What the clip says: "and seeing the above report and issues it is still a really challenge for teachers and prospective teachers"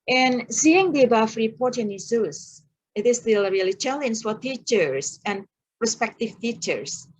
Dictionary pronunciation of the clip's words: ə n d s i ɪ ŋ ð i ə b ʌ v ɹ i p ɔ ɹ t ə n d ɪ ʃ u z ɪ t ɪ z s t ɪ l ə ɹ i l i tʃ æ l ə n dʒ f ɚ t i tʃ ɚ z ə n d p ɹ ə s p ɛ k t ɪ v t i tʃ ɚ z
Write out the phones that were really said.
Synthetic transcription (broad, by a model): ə n s i ɪ ŋ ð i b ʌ f ɹ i p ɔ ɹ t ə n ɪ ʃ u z ɪ t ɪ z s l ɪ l ɹ i l i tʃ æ l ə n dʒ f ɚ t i tʃ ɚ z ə n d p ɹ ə s p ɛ k t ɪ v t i tʃ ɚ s